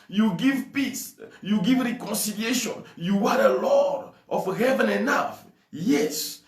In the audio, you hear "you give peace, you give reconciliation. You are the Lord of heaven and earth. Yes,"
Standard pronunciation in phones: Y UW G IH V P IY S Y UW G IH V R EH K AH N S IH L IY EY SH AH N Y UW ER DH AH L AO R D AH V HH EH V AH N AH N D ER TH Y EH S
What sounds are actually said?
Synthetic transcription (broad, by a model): Y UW G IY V P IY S Y UW G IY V R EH K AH N S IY L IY EY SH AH N Y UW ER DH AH L AO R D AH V HH EH V AH N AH N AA F Y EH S